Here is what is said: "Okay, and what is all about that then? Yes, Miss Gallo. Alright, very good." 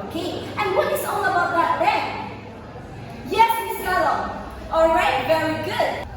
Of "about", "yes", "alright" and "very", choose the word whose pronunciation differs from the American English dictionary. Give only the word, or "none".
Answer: none